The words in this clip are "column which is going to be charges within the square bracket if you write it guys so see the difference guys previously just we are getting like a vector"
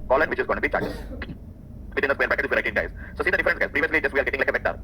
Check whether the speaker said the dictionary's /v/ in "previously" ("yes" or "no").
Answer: yes